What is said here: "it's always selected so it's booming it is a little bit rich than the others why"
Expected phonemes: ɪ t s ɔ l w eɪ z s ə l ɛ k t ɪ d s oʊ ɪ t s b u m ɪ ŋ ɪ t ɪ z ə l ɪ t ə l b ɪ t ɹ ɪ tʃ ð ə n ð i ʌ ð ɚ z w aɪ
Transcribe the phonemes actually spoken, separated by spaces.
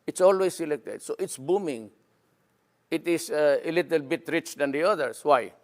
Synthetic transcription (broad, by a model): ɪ t s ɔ l w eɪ s ə l ɛ k t ɪ d s oʊ ɪ t s b u m ɪ ŋ ɪ t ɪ s ə l ɪ t ə l b ɪ t ɹ ɪ tʃ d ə n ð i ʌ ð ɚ s w aɪ